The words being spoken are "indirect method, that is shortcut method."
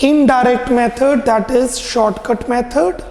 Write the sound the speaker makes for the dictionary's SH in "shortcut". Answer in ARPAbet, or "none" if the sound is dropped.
SH